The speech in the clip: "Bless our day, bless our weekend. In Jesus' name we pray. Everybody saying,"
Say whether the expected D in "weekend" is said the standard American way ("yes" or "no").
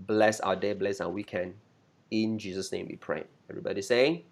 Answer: no